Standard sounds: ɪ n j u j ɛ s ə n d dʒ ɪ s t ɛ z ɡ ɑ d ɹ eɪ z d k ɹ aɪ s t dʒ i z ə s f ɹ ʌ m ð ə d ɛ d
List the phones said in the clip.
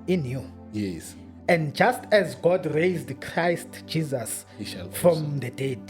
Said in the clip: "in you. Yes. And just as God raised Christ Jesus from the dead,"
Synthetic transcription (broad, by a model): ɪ n j u j ɛ s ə n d dʒ ɪ s t ɛ z ɡ ɑ d ɹ eɪ z d k ɹ aɪ s t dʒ i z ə s f ɹ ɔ m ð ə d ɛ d